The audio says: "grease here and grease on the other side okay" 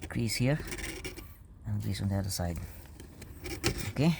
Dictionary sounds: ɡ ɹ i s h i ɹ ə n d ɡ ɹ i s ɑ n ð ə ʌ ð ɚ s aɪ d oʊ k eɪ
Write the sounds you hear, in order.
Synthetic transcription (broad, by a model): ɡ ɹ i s h i ɹ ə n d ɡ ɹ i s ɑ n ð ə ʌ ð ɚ s aɪ d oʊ k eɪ